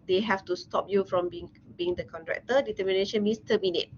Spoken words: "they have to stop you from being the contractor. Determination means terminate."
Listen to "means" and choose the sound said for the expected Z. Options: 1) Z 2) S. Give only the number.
2